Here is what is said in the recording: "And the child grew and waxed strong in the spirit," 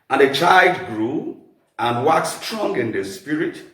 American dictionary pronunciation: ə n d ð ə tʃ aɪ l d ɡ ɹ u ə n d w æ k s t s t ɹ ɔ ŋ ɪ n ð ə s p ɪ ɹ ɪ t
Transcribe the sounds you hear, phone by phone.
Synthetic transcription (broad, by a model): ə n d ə tʃ aɪ l d ɡ ɹ u ə n d w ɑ k t s t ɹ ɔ ŋ ɪ n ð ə s p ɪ ɹ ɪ t